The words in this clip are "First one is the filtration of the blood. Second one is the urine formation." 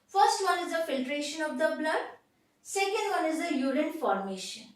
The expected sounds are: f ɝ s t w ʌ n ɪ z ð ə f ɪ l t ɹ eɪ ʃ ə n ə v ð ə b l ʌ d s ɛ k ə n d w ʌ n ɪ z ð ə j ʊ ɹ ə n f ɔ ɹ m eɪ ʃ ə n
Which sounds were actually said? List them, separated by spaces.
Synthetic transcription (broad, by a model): f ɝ s t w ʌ n ɪ z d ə f ɪ l t ɹ eɪ ʃ ə n ə v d ə b l ʌ d s ɛ k ə n d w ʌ n ɪ z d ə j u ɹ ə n f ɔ ɹ m eɪ ʃ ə n